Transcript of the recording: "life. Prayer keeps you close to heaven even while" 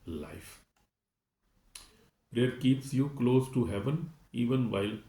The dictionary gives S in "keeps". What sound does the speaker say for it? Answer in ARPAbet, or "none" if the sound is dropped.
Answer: S